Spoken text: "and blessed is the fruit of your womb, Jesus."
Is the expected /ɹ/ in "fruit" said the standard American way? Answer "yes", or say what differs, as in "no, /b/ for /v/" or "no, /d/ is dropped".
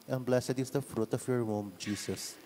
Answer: yes